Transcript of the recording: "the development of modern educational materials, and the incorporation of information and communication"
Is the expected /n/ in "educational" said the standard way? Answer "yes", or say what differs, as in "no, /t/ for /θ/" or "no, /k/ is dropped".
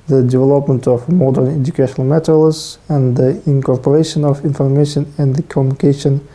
yes